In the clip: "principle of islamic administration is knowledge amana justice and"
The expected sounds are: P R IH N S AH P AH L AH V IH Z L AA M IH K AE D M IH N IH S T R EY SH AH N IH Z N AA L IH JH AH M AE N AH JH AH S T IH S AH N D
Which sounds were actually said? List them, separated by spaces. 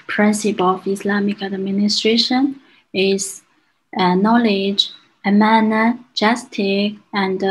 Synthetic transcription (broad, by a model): P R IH N S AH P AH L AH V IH S L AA M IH K AE D M IH N IH S T R EY SH AH N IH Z N AA L IH JH AH M AE N AH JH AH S T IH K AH N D